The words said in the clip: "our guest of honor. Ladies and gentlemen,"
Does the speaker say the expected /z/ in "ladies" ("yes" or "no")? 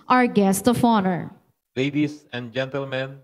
no